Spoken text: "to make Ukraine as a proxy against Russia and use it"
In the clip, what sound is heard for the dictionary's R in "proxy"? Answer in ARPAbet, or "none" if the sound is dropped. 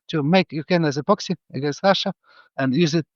none